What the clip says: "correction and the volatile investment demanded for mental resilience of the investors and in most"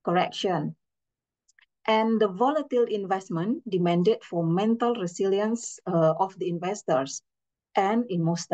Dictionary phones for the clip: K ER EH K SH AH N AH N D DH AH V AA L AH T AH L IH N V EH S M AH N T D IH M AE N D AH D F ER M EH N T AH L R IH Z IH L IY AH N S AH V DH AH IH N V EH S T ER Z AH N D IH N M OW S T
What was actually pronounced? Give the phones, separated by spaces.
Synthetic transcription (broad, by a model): K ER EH K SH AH N AH N D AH V AA L AH T AH L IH N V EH S M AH N D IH M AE N D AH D F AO M EH N T AH L R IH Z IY L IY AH N S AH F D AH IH N V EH S T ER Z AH N IH N M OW S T